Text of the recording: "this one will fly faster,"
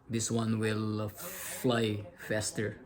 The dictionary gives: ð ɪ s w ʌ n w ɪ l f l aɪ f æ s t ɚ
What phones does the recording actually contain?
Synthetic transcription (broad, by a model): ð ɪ s w ʌ n w ɪ l f l aɪ f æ s t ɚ